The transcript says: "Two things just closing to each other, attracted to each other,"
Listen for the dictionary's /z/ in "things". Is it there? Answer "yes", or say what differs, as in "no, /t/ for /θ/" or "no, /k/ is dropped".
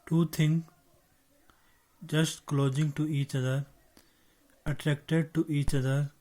no, /z/ is dropped